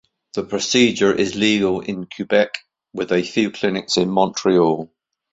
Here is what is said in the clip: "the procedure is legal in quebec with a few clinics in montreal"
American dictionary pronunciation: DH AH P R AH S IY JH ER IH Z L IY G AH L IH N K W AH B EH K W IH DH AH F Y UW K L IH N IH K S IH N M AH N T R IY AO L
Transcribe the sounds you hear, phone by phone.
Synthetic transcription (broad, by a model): DH AH P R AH S IY JH ER IH Z L IY G AH L IH N K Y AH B EH K W IH DH AH F Y UW K L IH N IH K S IH N M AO N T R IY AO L